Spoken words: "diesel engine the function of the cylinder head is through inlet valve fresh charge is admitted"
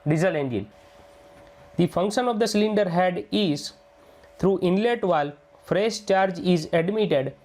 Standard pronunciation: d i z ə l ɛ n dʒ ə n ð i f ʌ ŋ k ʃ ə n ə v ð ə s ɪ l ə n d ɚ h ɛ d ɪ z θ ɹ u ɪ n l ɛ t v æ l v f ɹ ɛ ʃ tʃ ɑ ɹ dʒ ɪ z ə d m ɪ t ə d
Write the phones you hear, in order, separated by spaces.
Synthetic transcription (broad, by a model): d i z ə l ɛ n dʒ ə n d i f ʌ ŋ k ʃ ə n ə v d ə s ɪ l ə n d ɚ h ɛ d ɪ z t ɹ u ɪ n l ɛ t v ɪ l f ɹ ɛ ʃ tʃ ɑ ɹ dʒ ɪ z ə d m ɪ t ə d